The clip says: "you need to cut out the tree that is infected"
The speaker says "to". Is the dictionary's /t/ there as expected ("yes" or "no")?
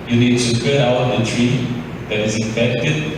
no